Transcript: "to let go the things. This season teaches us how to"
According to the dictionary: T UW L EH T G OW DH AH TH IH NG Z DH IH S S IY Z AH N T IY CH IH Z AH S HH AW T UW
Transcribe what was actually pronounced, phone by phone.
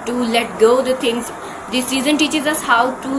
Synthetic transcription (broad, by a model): T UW L EH T G OW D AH T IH NG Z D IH S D IY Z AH N T IY CH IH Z AH S HH AW T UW